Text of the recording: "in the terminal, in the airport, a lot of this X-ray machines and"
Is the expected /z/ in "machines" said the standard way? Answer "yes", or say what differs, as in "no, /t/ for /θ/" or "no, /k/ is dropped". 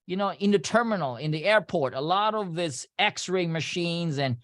yes